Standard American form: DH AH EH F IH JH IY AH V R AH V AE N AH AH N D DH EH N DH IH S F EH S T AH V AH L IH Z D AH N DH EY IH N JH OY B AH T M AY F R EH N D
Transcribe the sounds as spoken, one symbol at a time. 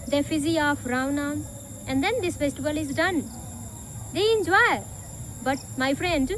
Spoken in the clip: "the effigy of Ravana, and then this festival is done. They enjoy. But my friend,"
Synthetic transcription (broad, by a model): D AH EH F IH Z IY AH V R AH UH N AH AH N D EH N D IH S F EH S T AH B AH L IH Z D AH N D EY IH N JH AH B AH T M AY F R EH N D